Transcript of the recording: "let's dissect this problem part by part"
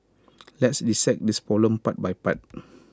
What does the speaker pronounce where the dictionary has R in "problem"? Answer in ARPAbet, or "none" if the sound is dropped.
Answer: none